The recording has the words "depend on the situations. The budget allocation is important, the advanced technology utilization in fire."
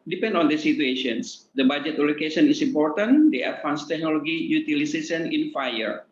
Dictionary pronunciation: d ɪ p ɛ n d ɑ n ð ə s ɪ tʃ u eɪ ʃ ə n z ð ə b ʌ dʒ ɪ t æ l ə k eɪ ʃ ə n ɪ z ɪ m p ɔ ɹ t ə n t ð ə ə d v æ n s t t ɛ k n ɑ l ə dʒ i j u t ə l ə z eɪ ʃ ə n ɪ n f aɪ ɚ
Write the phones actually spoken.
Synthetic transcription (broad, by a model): d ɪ p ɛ n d ɑ n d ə s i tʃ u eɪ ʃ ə n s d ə b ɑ dʒ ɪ t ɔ l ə k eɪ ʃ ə n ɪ s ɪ m p ɔ ɹ t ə n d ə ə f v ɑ n s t t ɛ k n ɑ l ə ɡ i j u t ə l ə s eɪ s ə n ɪ n f aɪ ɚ